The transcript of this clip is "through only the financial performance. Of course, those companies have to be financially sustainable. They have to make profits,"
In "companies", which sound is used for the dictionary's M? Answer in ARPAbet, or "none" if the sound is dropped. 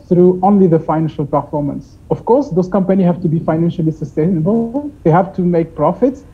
M